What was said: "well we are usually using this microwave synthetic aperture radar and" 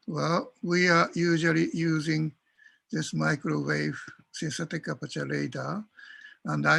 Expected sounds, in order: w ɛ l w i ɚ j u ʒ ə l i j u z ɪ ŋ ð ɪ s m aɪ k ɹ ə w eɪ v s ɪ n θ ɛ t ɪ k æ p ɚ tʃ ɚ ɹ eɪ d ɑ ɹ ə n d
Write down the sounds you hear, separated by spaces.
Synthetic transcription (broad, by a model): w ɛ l w i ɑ j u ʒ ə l i j u z ɪ ŋ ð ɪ s m aɪ k ɹ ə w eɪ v s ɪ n s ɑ t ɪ k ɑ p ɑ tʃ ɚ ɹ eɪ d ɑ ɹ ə n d